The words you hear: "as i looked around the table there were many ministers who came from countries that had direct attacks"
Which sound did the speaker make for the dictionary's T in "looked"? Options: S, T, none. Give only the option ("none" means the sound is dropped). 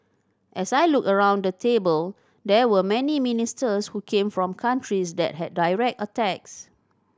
none